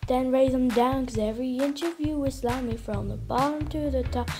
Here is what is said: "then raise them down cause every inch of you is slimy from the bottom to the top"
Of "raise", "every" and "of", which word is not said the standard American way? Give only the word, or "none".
none